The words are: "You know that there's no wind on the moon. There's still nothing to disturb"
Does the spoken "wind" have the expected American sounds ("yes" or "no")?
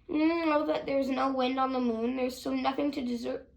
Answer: yes